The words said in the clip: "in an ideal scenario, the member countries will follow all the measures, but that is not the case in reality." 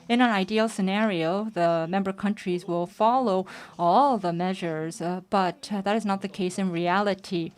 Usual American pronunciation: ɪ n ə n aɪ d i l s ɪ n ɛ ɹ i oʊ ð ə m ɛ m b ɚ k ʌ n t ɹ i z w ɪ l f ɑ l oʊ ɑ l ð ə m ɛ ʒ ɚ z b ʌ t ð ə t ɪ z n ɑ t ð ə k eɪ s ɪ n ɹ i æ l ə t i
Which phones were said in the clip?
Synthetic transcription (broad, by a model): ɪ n ə n aɪ d i l s ɪ n ɛ ɹ i oʊ ð ə m ɛ m b ɚ k ʌ n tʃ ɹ i z w ɪ l f ɑ l oʊ ɑ l ð ə m ɛ ʒ ɚ z b ʌ t ð ə t ɪ z n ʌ t ð ə k eɪ s ɪ n ɹ i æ l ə t i